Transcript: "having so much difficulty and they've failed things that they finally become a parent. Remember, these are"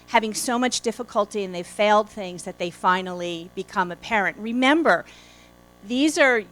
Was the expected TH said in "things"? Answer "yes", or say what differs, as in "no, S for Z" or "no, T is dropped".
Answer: yes